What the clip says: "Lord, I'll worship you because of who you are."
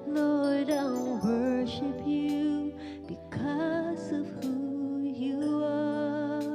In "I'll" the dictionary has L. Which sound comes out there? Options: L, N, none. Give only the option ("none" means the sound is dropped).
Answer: N